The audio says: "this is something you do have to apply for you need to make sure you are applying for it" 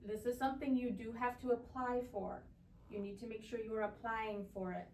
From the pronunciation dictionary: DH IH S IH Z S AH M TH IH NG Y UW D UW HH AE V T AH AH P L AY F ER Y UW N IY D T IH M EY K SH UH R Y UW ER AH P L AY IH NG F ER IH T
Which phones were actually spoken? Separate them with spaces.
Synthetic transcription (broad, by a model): DH IH S IH Z S AH M TH IH NG Y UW D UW HH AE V T AH AH P L AY F ER Y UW N IY D T IH M EY K SH UH R Y UW ER AH P L AY IH NG F ER IH T